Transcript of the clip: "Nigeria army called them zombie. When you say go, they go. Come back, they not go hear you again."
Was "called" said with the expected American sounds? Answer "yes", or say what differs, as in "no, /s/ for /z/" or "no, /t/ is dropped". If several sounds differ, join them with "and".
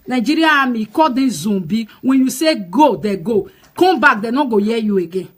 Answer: no, /l/ is dropped